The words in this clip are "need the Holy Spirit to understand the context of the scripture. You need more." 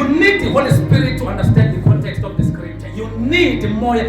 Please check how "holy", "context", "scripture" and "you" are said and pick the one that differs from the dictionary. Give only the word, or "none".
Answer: scripture